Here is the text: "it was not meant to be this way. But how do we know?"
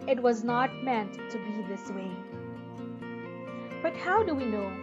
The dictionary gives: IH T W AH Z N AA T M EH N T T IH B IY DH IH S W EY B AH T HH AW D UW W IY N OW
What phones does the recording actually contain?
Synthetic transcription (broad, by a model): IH T W AH Z N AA T M EH N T T IH B IY DH IH S W EY B AH T HH AW D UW W IY N OW